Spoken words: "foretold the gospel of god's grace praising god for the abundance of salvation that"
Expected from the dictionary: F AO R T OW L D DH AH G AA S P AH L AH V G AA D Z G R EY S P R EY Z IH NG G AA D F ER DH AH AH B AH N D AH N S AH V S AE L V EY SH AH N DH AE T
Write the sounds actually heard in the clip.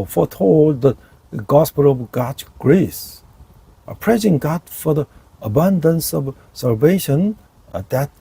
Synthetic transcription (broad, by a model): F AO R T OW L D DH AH G AA S P AH L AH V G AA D G R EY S P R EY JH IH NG G AA D F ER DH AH AH B AH N D AH N S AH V S AE L V EY SH AH N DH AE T